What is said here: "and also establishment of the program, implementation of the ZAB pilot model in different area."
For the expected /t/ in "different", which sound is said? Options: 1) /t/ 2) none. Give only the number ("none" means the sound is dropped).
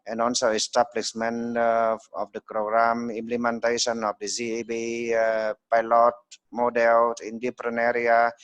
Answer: 2